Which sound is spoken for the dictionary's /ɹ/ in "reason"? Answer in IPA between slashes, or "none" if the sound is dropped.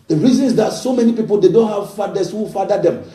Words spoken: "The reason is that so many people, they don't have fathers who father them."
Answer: /ɹ/